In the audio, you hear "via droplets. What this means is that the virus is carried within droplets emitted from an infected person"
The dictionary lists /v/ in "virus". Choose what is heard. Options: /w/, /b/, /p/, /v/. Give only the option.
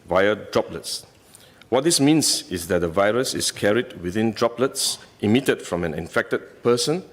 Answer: /v/